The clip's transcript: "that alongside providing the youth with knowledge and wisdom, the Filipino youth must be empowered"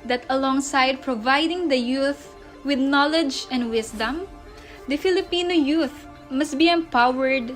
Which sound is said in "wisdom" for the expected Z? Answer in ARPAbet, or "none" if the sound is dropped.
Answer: S